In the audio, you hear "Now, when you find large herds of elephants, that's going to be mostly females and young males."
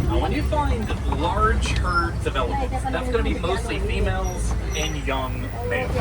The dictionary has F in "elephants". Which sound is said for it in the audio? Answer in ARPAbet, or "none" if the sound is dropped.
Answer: none